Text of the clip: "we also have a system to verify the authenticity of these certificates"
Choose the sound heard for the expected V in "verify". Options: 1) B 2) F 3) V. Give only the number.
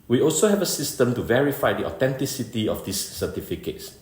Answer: 3